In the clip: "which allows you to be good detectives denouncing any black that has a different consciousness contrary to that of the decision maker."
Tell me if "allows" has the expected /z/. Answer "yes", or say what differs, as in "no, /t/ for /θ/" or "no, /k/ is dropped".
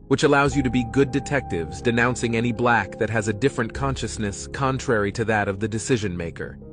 yes